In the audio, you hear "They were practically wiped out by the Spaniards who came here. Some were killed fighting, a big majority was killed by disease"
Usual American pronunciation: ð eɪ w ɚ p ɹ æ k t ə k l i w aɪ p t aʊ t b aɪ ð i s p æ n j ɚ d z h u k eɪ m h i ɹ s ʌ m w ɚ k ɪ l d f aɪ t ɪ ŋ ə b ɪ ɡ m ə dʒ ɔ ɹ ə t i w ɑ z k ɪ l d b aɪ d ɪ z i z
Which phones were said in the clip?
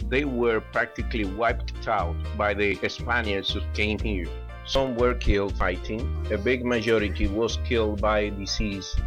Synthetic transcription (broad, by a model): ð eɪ w ɚ p ɹ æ k t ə k l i w aɪ p t aʊ t b aɪ ð i s p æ n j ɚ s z h u k eɪ m h i ɹ s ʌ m w ɚ k ɪ l d f aɪ t ɪ ŋ ə b ɪ ɡ m ə dʒ ɔ ɹ ə t i w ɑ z k ɪ l d b aɪ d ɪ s i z